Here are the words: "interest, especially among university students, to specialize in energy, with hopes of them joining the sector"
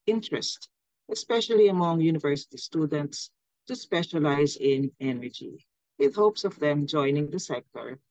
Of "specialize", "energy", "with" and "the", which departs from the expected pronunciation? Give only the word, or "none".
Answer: none